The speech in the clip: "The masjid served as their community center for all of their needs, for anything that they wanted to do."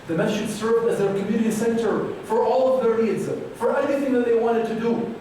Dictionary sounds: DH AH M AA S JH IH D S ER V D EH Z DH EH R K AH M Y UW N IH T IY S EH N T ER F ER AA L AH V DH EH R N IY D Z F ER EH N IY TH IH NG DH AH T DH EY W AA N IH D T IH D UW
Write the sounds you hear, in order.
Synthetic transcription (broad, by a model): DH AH M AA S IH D S ER V D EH Z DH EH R K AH M Y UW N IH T IY S EH N T ER F ER AA L AH V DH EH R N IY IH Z F ER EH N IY TH IH NG DH AH T DH EY W AA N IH D T IH D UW